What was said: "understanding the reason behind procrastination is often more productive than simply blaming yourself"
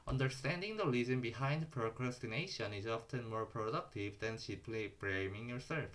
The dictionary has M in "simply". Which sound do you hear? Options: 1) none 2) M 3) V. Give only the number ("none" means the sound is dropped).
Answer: 1